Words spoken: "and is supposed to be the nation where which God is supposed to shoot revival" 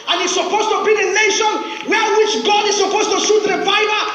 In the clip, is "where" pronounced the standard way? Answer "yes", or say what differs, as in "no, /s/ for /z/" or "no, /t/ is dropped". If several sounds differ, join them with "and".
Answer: no, /l/ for /ɹ/